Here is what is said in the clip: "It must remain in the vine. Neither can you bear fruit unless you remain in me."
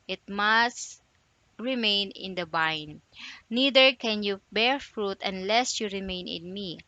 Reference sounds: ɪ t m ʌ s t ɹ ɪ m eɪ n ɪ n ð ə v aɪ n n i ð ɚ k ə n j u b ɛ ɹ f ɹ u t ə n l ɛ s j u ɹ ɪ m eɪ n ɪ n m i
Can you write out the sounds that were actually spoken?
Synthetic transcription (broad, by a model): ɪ t m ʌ s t ɹ ɪ m eɪ n ɪ n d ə b aɪ n n i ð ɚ k ə n j u b ɛ ɹ f ɹ u t ə n l ɛ s j u ɹ ɪ m eɪ n ɪ n m i